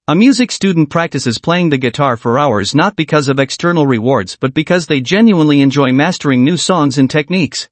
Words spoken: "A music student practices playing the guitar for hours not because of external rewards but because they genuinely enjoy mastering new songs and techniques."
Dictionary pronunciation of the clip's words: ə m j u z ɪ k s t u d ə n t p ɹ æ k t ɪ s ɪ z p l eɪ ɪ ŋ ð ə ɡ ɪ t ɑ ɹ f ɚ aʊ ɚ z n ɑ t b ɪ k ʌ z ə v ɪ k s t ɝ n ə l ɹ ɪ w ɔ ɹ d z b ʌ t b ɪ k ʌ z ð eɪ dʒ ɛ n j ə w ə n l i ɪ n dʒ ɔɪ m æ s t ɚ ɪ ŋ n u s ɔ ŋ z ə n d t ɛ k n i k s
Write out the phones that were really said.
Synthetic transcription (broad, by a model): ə m j u z ɪ k s t u d n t p ɹ æ k t ɪ s ɪ z p l eɪ ɪ ŋ ð ə ɡ ɪ t ɑ ɹ f ɚ aʊ ɚ z n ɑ t b ɪ k ʌ z ə v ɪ k s t ɝ n l ɹ ɪ w ɔ ɹ d z b ʌ t b ɪ k ʌ z ð eɪ dʒ ɛ n j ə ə n l i ɪ n dʒ ɔɪ m æ s t ɚ ɪ ŋ n u s ɔ ŋ z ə n t ɛ k n i k s